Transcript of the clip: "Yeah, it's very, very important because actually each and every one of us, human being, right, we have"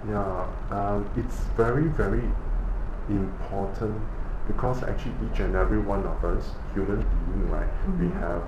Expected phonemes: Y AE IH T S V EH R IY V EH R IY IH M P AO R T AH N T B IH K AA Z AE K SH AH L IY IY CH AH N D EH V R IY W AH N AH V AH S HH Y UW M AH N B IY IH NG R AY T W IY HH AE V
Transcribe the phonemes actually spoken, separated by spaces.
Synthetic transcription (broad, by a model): Y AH IH T S V EH R IY V EH R IY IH M P AO T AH N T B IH K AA S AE K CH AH L IY IY CH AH N EH V R IY W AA N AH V AH S HH Y UW M AH N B IY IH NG L AY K W IY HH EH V